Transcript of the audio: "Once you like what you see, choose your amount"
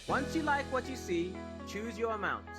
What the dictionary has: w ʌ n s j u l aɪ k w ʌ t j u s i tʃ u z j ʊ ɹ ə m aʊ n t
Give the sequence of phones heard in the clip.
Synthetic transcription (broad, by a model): w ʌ n s j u l aɪ k w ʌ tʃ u s i tʃ u z j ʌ ɹ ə m aʊ n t